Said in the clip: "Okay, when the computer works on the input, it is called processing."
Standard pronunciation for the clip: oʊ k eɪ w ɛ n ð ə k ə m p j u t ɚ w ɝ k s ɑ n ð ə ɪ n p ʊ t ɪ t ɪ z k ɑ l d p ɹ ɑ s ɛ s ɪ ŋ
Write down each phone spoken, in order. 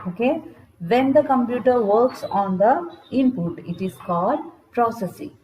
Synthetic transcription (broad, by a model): oʊ k eɪ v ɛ n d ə k ə m p j u t ɚ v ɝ k s ɑ n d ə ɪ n p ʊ t ɪ t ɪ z k ɑ l d p ɹ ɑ s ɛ s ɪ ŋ